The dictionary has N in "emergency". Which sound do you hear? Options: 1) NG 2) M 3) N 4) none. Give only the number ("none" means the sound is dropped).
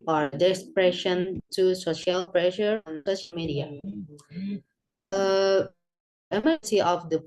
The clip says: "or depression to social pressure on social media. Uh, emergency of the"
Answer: 4